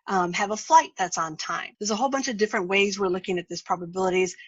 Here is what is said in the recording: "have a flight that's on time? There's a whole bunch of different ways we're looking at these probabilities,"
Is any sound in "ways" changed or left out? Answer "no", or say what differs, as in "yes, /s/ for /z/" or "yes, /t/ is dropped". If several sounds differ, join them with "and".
no